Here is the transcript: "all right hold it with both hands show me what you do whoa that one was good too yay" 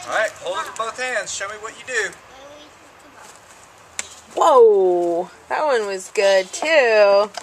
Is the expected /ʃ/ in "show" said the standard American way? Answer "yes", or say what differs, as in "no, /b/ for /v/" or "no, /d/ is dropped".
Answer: yes